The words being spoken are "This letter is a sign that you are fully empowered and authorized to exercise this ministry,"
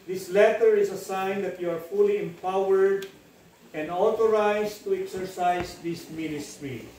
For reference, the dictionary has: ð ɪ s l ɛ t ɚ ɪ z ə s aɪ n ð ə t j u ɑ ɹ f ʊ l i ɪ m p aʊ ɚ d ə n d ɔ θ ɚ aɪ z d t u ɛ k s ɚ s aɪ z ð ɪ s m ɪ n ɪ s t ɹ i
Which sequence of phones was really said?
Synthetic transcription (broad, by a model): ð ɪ s l ɛ t ɚ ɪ s ə s aɪ n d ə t j u ɑ ɹ f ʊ l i ɪ m p aʊ ɚ d ə n d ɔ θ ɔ aɪ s t u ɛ k s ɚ s aɪ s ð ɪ s m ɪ n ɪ s t ɹ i